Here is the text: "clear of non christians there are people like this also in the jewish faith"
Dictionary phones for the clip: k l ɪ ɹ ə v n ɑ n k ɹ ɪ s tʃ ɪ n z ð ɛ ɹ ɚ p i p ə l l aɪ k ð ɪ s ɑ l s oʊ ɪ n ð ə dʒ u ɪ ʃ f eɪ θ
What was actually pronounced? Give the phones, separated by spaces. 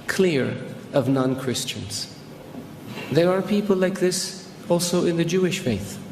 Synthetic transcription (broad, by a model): k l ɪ ɹ ə v n ɑ n k ɹ ɪ s tʃ ɪ n z ð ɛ ɹ ɚ p i p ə l l aɪ k ð ɪ s ɑ l s oʊ ɪ n ð ə dʒ u ɪ ʃ f eɪ θ